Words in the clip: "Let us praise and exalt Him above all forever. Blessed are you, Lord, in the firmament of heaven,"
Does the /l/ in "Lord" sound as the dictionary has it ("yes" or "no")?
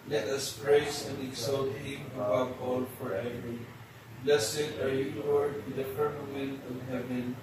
no